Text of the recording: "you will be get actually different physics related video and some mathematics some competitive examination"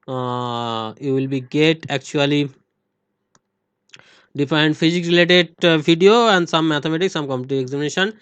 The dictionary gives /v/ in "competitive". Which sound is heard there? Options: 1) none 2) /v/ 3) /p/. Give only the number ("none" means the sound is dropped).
1